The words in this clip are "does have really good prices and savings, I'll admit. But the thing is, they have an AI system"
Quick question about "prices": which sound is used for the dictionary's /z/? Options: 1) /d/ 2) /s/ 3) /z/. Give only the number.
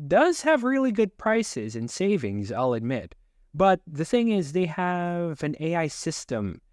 3